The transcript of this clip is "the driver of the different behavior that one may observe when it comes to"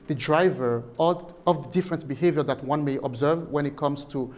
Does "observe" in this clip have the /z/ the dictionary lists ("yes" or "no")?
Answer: yes